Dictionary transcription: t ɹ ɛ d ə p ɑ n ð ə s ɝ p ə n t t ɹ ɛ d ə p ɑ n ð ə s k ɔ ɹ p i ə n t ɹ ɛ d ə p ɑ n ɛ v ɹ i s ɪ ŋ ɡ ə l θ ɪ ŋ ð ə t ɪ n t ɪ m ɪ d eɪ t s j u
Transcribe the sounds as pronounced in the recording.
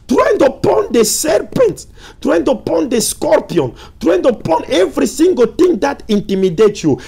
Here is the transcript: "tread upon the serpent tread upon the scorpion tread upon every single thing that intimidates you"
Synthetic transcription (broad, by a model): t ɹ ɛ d ə p ɑ n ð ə s ɝ p ə n t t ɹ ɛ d ə p ɑ n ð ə s k ɔ ɹ p i ə n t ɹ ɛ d ə p ɑ n ɛ v ɹ i s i ŋ ɡ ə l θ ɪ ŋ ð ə t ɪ n t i m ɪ d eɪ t j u